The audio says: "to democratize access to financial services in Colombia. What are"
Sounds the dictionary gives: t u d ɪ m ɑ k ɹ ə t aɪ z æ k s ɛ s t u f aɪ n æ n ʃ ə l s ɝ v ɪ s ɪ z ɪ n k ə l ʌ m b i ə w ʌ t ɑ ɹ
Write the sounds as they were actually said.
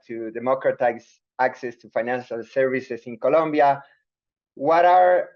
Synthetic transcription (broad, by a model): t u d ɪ m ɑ k ɹ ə t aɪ s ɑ k s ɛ s t u f aɪ n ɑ n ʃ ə l s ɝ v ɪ s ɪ s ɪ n k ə l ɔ m b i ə w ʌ t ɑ ɹ